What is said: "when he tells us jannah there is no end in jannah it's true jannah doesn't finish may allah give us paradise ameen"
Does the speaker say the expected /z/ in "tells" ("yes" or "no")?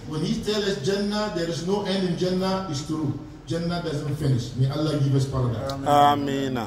no